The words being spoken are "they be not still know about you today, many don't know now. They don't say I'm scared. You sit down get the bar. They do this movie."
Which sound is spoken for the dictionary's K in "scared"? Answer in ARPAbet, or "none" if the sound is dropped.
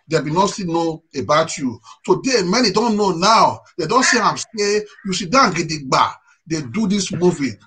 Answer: none